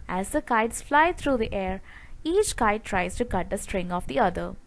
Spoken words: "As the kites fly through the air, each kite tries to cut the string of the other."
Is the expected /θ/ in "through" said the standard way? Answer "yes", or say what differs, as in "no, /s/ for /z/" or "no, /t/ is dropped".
no, /t/ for /θ/